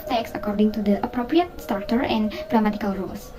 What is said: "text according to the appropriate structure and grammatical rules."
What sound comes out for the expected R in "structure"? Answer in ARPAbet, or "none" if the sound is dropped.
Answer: none